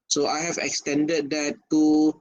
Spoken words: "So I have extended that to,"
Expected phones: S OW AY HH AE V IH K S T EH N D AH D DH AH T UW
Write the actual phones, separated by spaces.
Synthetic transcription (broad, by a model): S OW AY HH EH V IH K S T EH N D AH D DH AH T UW